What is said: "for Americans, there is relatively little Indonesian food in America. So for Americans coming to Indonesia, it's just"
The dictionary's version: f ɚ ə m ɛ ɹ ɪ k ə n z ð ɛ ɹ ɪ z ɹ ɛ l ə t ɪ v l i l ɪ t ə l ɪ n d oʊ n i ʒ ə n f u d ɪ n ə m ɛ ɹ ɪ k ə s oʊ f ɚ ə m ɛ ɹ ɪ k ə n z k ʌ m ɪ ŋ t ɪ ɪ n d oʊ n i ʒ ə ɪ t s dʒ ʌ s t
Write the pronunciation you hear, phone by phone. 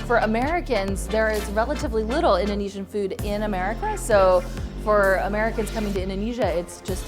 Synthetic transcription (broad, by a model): f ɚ ə m ɛ ɹ ɪ k ə n z ð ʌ ɹ ɪ z ɹ ɛ l ə t ɪ v l i l ɪ t l ɪ n d oʊ n i ʒ ə n f u d ɪ n ə m ɛ ɹ ɪ k ə s oʊ f ɚ ə m ɛ ɹ ɪ k ə n z k ʌ m ɪ ŋ t ɪ ɪ n d oʊ n i ʒ ə ɪ t s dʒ ʌ s t